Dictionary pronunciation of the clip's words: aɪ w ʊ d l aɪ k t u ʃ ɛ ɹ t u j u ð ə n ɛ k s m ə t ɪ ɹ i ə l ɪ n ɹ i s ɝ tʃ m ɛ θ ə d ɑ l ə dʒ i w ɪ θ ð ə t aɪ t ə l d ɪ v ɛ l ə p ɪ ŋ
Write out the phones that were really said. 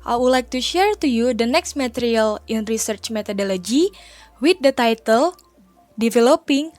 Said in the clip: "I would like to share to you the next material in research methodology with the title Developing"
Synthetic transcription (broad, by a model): aɪ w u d l aɪ k t u ʃ ɛ ɹ t u j u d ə n ɛ k s m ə t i ɹ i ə l ɪ n ɹ i s ɝ tʃ m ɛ t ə d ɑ l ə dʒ i w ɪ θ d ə t aɪ t ə l d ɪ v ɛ l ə p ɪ ŋ